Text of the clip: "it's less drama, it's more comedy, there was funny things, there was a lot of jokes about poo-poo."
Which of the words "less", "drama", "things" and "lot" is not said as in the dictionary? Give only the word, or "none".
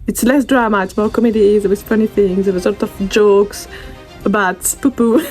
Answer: none